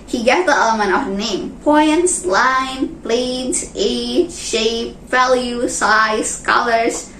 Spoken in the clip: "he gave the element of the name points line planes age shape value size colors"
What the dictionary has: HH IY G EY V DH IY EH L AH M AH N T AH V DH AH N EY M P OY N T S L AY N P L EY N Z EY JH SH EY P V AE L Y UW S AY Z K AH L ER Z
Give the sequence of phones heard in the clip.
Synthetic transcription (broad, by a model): HH IY G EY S DH IY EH L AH M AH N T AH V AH N EY M P OY N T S L AY N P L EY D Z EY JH SH EY P V AE L Y UW S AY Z K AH L ER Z